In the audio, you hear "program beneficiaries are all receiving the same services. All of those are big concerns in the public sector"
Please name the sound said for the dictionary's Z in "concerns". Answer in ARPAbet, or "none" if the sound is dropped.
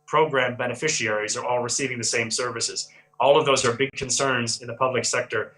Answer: Z